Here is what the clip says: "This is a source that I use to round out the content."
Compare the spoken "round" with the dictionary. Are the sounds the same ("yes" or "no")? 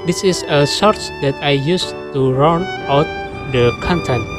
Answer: no